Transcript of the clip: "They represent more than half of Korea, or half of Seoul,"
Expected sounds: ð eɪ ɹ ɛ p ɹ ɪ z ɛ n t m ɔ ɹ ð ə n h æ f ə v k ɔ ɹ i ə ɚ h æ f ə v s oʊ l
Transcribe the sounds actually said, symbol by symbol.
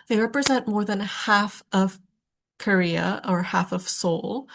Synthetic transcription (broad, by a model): ð eɪ ɹ ɛ p ɹ ɪ z ɛ n t m ɔ ɹ ð ə n h æ f ə v k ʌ ɹ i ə ɚ h æ f ə v s oʊ l